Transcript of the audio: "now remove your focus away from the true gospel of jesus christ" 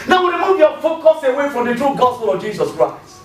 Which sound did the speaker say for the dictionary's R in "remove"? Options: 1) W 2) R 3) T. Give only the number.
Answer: 1